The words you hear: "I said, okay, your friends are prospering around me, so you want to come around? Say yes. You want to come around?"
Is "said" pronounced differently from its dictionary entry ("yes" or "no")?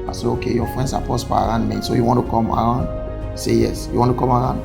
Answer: yes